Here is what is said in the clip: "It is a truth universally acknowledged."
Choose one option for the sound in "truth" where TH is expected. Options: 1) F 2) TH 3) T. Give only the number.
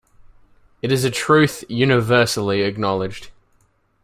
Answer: 2